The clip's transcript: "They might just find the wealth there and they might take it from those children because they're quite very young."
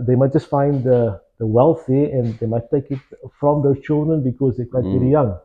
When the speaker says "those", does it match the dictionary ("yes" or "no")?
no